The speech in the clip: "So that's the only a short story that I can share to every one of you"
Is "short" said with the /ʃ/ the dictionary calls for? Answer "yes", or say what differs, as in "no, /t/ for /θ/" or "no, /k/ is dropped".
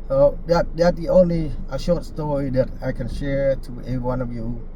yes